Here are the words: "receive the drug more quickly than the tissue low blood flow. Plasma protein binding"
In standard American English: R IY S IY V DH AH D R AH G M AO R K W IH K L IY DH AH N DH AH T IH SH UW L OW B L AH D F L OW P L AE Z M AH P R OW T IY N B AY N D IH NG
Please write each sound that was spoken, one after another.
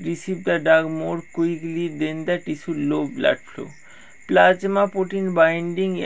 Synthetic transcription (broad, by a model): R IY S IY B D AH D AA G M AO R K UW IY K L IY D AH N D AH T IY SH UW L OW B L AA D F L OW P L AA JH M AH P OW T IY N B AY N D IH NG